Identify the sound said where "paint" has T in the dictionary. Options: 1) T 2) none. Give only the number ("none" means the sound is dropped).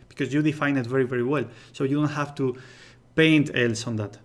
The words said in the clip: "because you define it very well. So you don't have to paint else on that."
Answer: 1